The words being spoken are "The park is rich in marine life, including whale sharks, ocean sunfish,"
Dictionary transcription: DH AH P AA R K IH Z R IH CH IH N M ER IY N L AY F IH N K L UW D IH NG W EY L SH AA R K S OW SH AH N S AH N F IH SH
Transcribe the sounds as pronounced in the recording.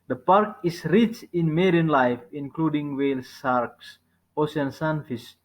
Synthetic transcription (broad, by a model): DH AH P AA R K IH S R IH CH IH N M ER IY N L AY F IH N K L UW D IH NG W EY L S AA R K S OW S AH N S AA N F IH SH